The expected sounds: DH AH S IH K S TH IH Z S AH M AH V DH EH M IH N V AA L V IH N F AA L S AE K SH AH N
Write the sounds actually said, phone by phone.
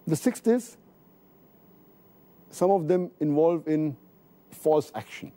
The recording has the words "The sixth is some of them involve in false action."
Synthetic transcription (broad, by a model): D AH S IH K S T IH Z S AH M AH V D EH M IH N V AA L V IH N F AA L S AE K SH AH N